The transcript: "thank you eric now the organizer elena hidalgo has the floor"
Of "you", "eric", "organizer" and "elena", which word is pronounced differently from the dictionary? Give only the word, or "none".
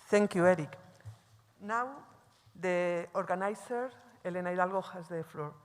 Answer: organizer